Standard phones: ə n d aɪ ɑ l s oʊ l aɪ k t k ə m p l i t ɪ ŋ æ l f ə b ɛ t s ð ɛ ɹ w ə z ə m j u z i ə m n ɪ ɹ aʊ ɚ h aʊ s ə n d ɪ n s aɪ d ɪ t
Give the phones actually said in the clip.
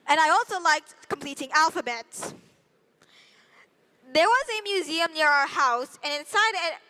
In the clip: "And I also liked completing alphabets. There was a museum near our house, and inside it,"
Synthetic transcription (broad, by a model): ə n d aɪ ɑ l s oʊ l aɪ k t k ə m p l i t ɪ ŋ æ l f ə b ɛ t s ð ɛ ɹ w ə z ə m j u z i ə m n ɪ ɹ aʊ ɚ h aʊ s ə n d ɪ n s aɪ d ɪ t